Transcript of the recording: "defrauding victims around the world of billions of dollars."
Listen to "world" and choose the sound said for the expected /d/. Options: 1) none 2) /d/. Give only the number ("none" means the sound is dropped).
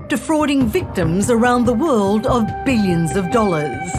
2